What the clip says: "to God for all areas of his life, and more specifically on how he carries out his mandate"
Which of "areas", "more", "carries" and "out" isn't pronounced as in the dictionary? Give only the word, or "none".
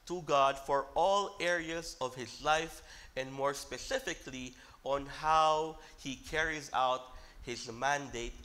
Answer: none